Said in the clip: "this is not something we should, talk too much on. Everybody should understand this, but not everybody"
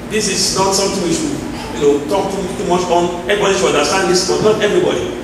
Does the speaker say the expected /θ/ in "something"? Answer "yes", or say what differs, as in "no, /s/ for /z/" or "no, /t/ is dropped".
no, /t/ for /θ/